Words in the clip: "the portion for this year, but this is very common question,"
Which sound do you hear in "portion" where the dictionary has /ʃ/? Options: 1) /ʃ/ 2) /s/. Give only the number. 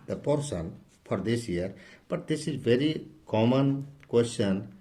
2